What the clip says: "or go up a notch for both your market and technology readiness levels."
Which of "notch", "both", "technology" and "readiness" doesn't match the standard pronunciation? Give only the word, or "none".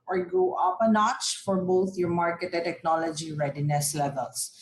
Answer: both